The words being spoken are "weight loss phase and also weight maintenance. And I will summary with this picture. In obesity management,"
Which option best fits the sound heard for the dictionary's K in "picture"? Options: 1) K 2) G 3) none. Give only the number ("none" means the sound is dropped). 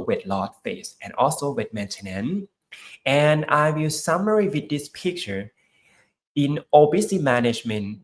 1